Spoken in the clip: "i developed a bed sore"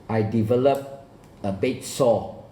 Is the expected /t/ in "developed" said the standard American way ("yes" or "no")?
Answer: no